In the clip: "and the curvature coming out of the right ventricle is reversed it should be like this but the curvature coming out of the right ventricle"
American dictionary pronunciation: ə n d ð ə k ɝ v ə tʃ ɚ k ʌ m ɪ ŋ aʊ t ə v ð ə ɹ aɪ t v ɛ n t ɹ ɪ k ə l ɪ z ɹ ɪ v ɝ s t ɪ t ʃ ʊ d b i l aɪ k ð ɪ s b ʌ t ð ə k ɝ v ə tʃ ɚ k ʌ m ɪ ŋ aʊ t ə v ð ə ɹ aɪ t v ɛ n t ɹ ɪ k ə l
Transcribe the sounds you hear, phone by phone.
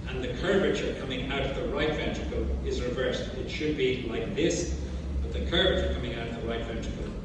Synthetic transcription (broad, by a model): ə n ð ə k ɝ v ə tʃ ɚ k ʌ m ɪ ŋ aʊ t ə v ð ə ɹ aɪ t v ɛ n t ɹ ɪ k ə l ɪ z ɹ ɪ v ɝ s t ɪ t ʃ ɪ d b i l aɪ k ð ɪ s b ʌ t ð ə k ɝ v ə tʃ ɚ k ʌ m ɪ ŋ aʊ t ə v ð ə ɹ aɪ t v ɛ n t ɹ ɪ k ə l